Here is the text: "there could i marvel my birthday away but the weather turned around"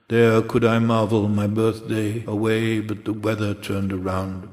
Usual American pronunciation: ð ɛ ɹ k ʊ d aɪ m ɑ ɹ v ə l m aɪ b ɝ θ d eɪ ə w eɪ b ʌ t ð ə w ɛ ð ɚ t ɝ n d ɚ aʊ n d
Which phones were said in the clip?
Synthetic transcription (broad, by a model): ð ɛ ɹ k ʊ d aɪ m ɑ ɹ v l m aɪ b ɝ θ d eɪ ə w eɪ b ʌ t ð ə w ɛ ð ɚ t ɝ n d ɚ aʊ n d